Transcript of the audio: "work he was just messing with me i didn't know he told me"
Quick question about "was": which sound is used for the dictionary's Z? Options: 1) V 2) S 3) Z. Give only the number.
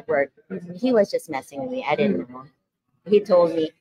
3